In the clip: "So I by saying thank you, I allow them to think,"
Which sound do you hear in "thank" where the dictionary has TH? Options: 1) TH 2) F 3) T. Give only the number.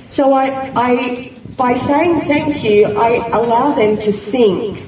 1